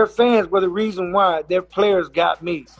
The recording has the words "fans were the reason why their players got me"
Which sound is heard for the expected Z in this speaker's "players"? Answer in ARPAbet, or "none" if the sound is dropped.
Z